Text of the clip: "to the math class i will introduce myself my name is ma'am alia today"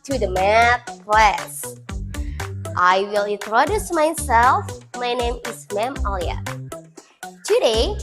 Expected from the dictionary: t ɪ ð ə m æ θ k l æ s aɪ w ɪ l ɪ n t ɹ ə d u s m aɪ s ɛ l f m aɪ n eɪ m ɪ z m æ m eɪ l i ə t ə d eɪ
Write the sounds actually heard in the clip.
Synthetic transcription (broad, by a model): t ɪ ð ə m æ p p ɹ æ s aɪ w ɪ l ɪ n t ɹ ə d u s m aɪ s ɛ l f m aɪ n eɪ m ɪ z m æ m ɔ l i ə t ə d eɪ